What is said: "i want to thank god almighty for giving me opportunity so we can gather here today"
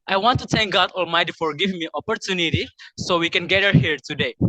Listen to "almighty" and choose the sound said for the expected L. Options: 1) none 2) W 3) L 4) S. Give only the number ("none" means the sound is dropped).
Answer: 3